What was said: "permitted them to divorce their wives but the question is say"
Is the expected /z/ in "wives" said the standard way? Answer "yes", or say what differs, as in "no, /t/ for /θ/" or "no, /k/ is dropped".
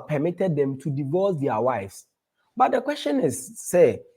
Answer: no, /s/ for /z/